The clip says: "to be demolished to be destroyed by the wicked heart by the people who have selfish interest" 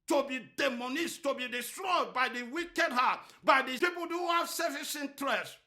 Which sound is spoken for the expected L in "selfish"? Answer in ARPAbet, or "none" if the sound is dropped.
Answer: none